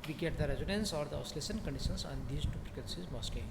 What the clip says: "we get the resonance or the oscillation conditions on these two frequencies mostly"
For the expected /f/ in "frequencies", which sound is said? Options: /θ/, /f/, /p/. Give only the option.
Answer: /p/